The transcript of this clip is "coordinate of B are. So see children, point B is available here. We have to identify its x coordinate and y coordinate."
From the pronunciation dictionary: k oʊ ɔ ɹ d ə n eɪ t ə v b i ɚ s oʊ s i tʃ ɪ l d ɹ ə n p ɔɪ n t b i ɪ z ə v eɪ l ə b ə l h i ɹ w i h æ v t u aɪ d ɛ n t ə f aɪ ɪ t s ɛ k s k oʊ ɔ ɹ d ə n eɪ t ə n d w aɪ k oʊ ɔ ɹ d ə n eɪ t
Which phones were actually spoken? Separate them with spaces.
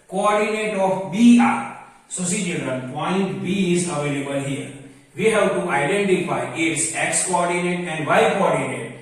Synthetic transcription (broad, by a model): k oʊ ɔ ɹ d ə n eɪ t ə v b i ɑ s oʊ s i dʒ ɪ d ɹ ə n p ɔɪ n t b i ɪ z ə v eɪ l ə b ə l h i ɹ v i h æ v t u aɪ d ɛ n t ə f aɪ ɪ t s ɛ k s k oʊ ɔ ɹ d ə n eɪ t ə n d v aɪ k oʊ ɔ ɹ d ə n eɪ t